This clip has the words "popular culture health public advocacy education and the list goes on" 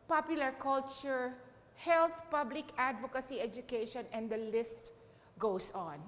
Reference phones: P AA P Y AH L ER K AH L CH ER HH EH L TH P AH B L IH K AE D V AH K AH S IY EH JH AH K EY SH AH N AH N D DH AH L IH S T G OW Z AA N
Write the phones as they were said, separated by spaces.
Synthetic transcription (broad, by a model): P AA P Y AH L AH K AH L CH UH HH EH L TH P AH B L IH K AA D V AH K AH S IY EH JH AH K EY SH AH N AH N D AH L IH S T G OW S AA N